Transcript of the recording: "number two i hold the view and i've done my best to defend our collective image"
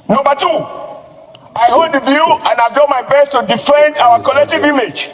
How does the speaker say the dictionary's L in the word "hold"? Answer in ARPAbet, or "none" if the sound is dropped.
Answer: none